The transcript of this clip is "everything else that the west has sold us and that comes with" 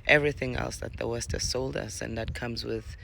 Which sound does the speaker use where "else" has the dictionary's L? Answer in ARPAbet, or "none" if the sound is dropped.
L